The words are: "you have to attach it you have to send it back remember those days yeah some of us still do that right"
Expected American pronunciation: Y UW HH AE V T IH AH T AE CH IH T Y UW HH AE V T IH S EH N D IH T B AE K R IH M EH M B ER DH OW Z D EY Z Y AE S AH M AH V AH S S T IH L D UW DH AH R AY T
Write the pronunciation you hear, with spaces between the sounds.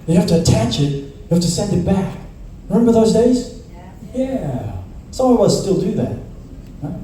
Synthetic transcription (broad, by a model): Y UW HH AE F T IH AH T AE CH IH T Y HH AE F T IH S EH N D IH T B AE K R IH M EH M B ER DH OW Z D EY Z Y AE S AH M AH W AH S S T IH L D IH DH AH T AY